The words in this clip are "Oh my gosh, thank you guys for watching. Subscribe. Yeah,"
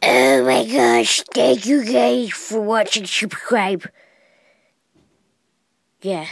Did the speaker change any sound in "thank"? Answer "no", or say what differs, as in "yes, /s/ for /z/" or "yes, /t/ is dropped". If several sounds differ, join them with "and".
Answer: yes, /t/ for /θ/